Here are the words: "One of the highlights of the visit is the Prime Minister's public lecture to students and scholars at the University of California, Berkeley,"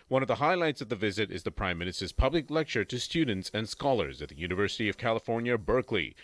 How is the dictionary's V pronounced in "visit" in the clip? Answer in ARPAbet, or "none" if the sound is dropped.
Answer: V